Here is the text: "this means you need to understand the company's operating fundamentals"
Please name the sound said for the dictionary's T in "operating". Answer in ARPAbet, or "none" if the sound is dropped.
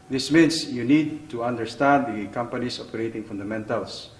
T